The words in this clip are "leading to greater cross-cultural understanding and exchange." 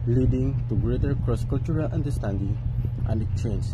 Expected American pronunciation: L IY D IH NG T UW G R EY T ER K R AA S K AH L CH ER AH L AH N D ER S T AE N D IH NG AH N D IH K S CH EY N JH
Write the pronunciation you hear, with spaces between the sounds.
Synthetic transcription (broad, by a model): L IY D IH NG T UW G R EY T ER K R AA S K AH L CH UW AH L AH N D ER S T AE N D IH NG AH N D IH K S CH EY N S